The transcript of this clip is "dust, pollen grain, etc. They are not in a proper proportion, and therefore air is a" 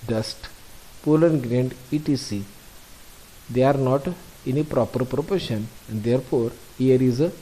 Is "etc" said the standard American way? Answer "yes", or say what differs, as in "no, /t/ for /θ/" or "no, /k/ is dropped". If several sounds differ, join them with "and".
no, /s/ is dropped